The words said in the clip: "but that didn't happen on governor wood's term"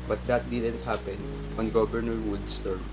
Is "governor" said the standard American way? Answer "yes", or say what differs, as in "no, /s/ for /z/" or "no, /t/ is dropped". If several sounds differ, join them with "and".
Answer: no, /b/ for /v/